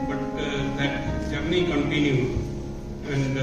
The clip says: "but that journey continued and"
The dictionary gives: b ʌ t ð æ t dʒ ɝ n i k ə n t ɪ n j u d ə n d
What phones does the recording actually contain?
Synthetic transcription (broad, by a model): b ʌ t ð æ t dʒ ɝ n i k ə n t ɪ n j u ə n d